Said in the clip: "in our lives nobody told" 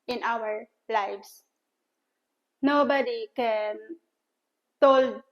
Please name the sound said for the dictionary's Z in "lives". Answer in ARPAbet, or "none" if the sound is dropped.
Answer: S